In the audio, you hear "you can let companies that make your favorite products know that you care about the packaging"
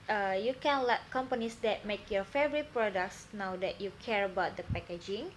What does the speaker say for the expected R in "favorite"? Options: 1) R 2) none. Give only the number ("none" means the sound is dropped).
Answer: 1